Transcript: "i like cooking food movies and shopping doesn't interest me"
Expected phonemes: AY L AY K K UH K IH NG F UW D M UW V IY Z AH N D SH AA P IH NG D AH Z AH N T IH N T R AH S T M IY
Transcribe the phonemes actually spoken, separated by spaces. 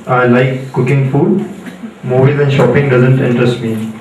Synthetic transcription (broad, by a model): AY L AY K K UH K IH NG F UW D M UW B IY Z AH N SH AA P IH NG D AH Z AH N T IH N T R AH S T M IY